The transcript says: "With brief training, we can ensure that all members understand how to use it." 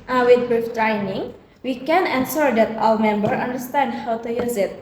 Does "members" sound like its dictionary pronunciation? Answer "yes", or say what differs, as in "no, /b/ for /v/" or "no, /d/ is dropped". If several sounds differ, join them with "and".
no, /z/ is dropped